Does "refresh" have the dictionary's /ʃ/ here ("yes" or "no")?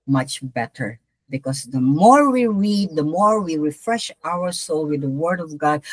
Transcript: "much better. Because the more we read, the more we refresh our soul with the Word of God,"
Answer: yes